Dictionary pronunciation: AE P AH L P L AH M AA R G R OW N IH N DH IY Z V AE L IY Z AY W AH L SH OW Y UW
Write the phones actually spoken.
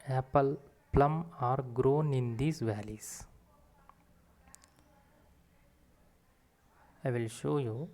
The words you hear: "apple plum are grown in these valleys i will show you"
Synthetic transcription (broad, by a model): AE P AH L P L AH M AA R G R OW N IH N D IY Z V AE L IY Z AY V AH L SH OW Y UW